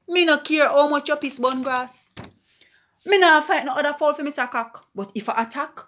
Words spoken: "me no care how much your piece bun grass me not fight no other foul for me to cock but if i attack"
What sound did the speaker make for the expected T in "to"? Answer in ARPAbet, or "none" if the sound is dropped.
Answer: S